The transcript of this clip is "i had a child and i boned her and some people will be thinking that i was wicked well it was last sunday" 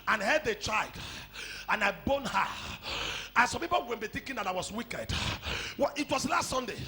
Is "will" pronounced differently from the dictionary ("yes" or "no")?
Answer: yes